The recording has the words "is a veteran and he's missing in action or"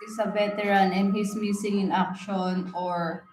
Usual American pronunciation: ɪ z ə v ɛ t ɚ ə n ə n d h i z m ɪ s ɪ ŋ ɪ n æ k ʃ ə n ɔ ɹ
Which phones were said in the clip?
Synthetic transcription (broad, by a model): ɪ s ə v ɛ t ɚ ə n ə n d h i s m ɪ s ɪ ŋ ɪ n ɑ k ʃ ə n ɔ ɹ